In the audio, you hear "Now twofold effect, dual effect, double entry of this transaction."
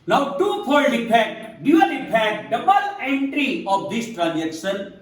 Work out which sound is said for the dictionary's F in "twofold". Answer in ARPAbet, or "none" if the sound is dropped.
P